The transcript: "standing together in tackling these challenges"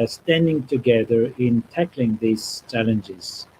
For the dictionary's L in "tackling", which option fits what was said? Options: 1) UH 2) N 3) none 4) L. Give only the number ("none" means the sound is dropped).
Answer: 4